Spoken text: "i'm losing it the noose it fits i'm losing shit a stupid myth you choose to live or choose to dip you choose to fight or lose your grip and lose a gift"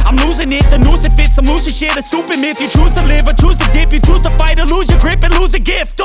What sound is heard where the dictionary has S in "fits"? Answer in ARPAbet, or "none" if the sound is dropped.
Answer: S